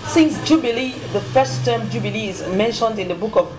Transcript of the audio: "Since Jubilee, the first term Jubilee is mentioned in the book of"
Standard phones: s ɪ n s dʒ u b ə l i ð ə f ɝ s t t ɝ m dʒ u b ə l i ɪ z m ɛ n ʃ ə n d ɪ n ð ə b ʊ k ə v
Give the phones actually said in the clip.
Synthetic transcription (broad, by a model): s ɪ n s dʒ u b ə l i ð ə f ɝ s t t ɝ m dʒ u b ə l i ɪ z m ɛ n ʃ ə n d ɪ n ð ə b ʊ k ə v